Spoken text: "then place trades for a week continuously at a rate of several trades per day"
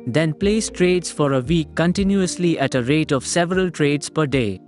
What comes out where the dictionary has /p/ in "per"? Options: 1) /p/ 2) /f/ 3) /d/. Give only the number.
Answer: 1